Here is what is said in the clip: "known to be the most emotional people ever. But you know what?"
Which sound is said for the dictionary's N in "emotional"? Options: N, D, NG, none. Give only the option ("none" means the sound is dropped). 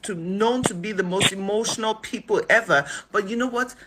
N